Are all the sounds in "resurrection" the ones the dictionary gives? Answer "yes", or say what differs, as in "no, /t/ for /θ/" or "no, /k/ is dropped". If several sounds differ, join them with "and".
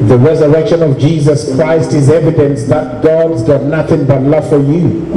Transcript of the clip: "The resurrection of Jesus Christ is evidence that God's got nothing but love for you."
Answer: yes